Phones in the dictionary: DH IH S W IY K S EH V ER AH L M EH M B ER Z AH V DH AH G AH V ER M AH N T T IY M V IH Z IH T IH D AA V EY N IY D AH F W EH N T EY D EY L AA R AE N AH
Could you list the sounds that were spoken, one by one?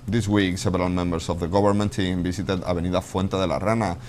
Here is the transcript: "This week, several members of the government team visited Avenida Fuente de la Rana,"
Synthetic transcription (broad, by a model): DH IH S W IY K S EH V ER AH L M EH M B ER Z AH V DH AH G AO B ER M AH N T T IY M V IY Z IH T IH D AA B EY N IY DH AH F W EH N T EY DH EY L AA R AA N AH